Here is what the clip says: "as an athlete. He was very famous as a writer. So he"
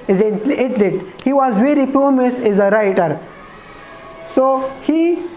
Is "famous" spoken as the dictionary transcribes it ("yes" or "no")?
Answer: no